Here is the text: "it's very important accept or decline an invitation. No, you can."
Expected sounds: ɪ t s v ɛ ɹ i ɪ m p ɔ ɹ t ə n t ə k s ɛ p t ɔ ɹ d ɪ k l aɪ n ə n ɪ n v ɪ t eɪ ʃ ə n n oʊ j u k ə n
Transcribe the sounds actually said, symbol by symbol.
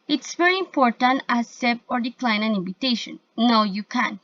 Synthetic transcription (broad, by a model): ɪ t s v ɛ ɹ i ɪ m p ɔ ɹ t ə n t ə s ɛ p ɔ ɹ d ɪ k l aɪ n ə n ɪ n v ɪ t eɪ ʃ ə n n oʊ j u k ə n